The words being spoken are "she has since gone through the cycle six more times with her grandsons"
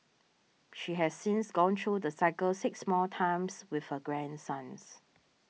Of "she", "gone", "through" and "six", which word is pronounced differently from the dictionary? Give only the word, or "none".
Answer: through